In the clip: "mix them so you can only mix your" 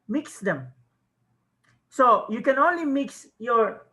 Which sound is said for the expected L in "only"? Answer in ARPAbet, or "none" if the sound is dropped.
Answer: L